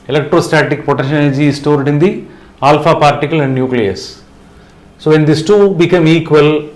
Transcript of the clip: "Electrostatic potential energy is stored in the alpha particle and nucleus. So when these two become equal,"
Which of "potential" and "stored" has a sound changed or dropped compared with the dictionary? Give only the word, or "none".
potential